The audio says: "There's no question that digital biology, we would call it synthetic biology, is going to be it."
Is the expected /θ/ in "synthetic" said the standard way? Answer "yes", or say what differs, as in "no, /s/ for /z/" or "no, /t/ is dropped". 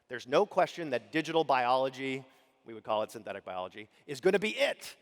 yes